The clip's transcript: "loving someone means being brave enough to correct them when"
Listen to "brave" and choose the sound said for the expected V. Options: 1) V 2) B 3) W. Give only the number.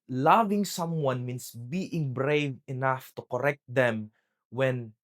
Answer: 1